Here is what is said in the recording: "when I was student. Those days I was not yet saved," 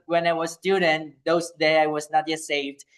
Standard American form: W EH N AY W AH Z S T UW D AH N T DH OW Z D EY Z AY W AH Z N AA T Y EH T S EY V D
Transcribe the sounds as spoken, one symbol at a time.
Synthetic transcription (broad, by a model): W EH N AY W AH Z S T UW D AH N T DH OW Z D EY AY W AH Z N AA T Y EH T S EY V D